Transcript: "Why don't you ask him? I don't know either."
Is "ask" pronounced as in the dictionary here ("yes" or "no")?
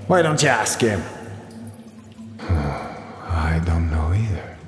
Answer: yes